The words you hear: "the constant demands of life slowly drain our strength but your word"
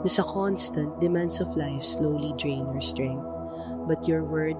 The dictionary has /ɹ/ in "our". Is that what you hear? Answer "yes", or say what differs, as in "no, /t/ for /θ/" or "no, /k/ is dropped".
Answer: yes